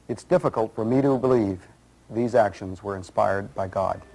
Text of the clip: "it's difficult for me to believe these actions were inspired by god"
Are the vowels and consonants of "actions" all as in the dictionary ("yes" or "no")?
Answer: yes